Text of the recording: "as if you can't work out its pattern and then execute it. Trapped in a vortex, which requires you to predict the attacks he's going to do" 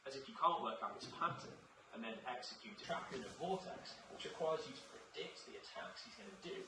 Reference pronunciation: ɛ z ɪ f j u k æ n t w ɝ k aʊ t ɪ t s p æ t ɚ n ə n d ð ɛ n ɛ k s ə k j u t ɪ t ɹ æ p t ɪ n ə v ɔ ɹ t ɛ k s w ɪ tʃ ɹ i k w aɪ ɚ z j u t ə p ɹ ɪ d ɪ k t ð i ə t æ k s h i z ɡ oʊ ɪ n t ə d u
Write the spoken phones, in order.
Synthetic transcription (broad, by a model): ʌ z ɪ f j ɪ k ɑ n t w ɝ k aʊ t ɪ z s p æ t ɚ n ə n ð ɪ n ɛ k s ə k j u t ɪ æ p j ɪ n ə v ɔ l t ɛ k s w ɪ tʃ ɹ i k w aɪ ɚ z j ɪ t ə p ɹ ɪ d ɪ k t ð i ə t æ k s h i z ɡ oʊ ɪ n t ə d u